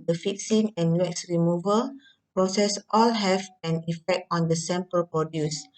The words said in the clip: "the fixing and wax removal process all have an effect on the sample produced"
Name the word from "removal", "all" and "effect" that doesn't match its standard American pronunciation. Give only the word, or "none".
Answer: none